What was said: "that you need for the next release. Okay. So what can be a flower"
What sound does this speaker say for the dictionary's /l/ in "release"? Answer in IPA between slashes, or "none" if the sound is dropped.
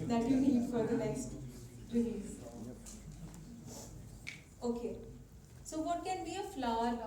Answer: /n/